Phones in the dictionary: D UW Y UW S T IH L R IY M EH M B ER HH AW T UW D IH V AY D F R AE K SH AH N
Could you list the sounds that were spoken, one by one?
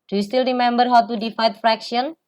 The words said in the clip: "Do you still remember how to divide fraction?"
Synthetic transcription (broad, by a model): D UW Y UW S T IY L R IY M EH M B ER HH AW T UW D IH F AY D F R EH K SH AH N